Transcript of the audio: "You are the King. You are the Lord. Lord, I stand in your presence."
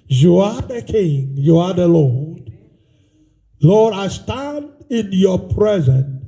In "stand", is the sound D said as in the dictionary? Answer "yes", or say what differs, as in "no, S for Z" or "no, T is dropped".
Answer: yes